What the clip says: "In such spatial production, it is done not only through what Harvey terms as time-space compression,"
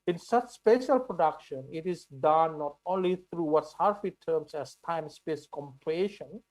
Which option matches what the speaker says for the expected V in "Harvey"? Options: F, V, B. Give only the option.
F